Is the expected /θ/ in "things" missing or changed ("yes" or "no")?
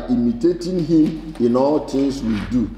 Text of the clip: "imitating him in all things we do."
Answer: yes